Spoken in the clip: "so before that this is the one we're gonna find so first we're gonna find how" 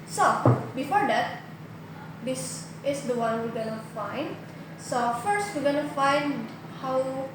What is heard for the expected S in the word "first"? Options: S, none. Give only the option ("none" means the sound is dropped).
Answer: S